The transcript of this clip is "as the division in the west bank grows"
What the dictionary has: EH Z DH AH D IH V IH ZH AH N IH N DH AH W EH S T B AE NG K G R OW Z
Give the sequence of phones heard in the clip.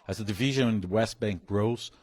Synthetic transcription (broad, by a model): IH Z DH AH D IH V IH ZH AH N IH N DH AH W EH S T B AE NG K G R OW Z